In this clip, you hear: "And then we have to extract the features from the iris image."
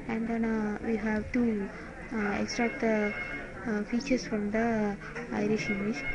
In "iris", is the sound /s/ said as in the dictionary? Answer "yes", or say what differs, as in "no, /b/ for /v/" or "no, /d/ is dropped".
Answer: no, /ʃ/ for /s/